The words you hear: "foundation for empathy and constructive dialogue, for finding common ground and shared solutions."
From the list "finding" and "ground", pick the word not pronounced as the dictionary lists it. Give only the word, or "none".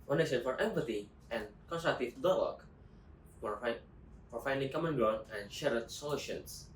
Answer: ground